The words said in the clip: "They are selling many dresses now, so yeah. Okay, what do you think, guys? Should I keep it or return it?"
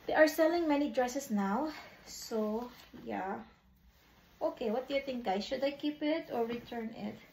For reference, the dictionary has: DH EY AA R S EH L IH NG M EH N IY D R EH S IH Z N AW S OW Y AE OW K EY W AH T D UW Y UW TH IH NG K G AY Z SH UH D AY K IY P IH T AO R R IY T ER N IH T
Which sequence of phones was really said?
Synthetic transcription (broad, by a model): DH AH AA R S EH L IH NG M EH N IY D R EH S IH S N AW S OW Y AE OW K EY W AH T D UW Y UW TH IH NG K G AY SH UH D AY K IY P IH T AO R R IY T ER N IH T